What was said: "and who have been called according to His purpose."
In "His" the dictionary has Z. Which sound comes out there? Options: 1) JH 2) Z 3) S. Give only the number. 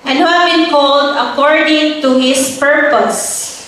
3